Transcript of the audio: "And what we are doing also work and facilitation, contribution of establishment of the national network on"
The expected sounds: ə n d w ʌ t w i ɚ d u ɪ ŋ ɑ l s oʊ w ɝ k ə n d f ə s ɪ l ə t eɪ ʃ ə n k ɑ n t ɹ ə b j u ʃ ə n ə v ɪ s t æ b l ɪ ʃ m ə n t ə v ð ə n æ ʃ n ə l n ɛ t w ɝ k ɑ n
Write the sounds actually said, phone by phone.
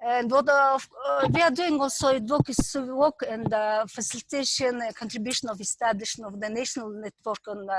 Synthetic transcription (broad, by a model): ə n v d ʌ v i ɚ d u ɪ ŋ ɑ l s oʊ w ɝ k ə n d f ə s ɪ l ə t eɪ ʃ ə n k ɑ n t ɹ ə b j u ʃ ə n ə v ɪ s t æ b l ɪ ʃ ə n ə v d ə n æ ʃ n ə l n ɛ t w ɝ k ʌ n